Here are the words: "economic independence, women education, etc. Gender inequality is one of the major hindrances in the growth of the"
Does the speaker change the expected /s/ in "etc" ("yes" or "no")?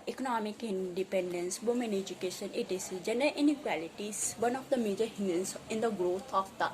yes